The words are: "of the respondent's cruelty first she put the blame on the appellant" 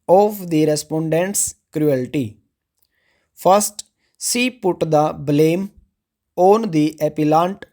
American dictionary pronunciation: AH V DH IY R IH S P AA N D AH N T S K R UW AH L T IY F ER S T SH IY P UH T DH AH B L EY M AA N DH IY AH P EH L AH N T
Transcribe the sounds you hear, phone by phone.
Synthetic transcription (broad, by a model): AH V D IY R IH S P AA N D AH N T S K R UW AH L T IY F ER S T S IY P UH T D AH B L EY M AA N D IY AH P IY L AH N T